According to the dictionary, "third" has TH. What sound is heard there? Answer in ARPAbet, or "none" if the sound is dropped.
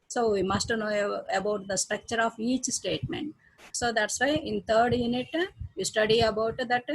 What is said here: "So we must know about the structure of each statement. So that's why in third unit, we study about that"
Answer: T